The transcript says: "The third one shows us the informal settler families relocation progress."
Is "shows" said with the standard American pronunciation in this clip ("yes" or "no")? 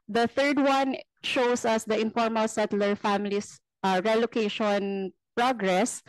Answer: no